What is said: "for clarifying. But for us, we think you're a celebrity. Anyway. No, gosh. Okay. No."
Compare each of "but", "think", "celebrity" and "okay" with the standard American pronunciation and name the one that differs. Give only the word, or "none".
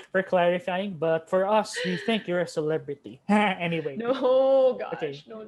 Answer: none